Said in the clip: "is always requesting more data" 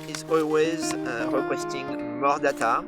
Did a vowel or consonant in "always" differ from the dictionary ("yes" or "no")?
no